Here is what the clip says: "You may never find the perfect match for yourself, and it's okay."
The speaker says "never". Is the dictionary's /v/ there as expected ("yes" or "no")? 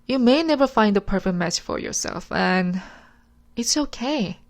yes